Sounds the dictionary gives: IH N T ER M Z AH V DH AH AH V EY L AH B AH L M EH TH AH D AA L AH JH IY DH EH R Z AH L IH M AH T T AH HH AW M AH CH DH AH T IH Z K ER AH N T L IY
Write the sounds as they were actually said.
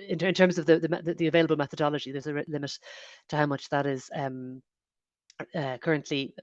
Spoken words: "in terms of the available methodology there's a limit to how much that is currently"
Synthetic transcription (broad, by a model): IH N T ER M Z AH V DH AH AH V EY L AH B AH L M EH TH AH D AA L AH JH IY DH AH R Z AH L IH M AH T T AH HH AW M AH CH DH AH T IH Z K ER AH N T L IY